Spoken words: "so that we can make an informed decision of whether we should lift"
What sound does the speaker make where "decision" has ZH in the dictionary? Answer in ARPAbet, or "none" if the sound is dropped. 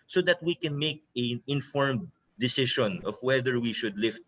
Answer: SH